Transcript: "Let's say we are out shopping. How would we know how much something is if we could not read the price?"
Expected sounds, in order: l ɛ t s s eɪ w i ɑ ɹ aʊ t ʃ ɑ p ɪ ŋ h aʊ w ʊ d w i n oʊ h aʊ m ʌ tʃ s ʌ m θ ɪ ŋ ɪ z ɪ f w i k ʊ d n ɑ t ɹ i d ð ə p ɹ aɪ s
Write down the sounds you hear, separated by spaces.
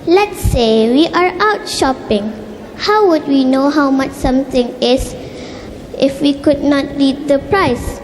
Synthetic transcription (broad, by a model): l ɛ t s s eɪ w i ɑ ɹ aʊ t ʃ ɑ p ɪ ŋ h aʊ w ʊ d w i n oʊ h aʊ m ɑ tʃ s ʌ m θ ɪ ŋ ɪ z ɪ f w i k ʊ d n ɑ t l i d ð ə p ɹ aɪ s